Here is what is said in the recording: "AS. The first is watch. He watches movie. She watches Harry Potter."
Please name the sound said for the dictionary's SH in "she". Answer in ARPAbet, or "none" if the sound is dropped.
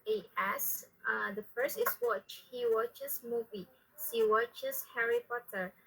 S